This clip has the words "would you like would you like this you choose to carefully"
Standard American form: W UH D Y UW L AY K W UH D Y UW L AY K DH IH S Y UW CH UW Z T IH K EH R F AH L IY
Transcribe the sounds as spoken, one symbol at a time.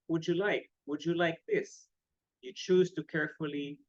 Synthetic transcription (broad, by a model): W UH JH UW L AY K W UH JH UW L AY K DH IH S Y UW CH UW Z T IH K EH R F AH L IY